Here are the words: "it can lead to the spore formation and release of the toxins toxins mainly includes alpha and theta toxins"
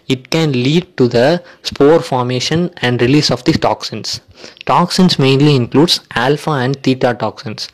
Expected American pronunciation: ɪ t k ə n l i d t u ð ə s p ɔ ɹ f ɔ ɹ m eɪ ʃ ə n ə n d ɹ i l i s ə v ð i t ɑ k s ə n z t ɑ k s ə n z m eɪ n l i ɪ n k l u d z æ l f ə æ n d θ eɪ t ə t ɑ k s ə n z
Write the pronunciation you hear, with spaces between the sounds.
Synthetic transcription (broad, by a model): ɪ t k ə n l i d t u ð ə s p ɔ ɹ f ɔ ɹ m eɪ ʃ ə n ə n d ɹ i l i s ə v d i t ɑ k s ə n s t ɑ k s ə n s m eɪ n l i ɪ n k l u d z æ l f ə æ n d t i t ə t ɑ k s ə n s